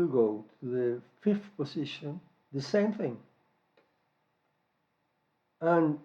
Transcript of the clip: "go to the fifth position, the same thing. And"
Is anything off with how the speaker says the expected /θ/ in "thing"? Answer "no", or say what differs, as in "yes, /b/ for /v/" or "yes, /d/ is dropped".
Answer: no